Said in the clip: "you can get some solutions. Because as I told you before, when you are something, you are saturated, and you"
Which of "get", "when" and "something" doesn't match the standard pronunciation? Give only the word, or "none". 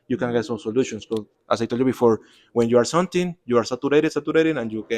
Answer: something